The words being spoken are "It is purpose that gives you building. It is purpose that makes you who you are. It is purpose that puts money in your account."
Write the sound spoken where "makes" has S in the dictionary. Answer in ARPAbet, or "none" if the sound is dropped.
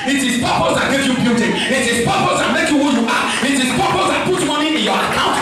none